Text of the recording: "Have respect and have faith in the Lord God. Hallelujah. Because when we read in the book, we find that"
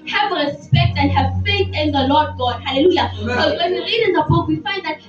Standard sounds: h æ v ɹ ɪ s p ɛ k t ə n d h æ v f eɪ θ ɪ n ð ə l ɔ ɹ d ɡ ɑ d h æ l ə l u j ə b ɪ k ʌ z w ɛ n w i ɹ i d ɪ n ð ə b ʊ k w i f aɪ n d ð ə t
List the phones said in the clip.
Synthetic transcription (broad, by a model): h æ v ɹ ɪ s p ɛ k t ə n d h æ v f eɪ θ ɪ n ð ə l ɔ d ɡ ɑ d h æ l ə l u j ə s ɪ w ɛ n w i ɹ i d ɪ n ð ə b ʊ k w i f aɪ n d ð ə t